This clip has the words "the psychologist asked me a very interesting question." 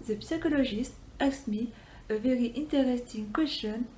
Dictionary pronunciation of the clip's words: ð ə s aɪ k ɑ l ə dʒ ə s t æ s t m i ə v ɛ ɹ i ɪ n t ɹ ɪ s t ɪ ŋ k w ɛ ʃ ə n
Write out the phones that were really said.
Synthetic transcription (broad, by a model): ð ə s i k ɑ l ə ʒ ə s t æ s m i ə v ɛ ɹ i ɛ n t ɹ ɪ s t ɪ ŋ k w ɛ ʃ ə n